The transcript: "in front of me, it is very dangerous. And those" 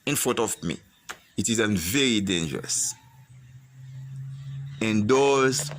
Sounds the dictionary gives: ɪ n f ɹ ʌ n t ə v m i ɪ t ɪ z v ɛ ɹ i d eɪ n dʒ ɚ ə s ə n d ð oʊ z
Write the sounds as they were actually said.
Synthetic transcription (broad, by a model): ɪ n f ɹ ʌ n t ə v m i ɪ t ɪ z v ɛ ɹ i d eɪ n dʒ ɚ ə s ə n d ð oʊ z